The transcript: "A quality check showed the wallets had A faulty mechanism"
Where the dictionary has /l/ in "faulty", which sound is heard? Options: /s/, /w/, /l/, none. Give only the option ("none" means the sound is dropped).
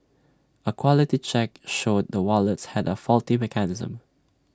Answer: /l/